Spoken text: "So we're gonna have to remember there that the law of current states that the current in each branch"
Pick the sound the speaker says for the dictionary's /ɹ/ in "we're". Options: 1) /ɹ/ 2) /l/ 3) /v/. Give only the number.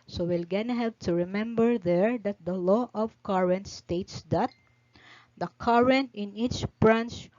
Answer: 2